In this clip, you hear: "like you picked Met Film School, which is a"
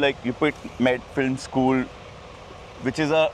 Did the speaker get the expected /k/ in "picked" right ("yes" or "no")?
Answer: no